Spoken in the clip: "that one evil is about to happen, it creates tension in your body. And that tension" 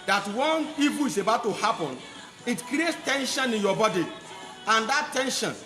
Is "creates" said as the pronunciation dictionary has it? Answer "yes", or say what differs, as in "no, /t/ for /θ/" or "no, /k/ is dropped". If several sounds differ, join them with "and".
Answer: yes